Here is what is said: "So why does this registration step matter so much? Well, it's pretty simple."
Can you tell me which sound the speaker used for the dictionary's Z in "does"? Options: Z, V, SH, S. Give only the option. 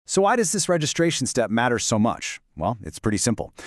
Z